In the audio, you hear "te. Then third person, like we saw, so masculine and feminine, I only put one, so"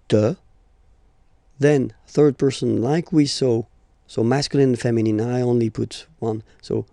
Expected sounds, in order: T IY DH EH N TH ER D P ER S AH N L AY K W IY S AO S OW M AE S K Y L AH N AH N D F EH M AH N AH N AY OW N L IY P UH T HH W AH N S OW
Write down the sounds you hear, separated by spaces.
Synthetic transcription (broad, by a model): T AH DH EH N TH ER D P ER S AH N L AY K W IY S AO S OW M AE S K Y AH L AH N F EH M AH N AH N AY OW N L IY P UH T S W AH N S OW